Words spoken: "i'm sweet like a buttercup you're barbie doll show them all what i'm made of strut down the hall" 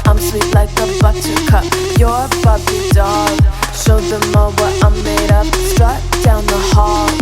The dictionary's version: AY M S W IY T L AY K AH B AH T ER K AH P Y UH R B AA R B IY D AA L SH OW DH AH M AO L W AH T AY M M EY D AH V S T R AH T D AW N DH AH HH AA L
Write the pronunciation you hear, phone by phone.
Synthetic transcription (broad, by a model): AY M S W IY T L AY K AH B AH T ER K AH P Y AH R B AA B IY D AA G SH OW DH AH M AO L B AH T AY M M EY D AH P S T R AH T D AW N DH AH HH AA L